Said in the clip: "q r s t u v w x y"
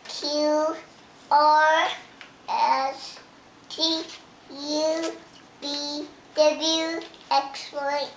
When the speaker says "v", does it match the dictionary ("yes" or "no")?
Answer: no